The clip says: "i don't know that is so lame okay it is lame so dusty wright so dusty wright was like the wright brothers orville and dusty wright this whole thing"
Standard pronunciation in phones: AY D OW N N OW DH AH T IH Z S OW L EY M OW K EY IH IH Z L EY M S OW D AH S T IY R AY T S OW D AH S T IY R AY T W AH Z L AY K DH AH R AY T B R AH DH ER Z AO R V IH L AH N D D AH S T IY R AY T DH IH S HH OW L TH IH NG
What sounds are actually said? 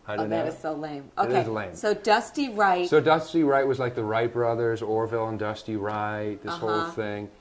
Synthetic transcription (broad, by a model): AY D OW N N DH AH T IH Z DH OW L EY M OW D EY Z L EY M S OW D AH S T IY R AY T S OW D AH S T IY R AY T W AH Z L AY K DH AH R AY T B R AH DH ER Z AO R V IH L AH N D D AH S T IY R AY T DH IH S HH OW L TH IH NG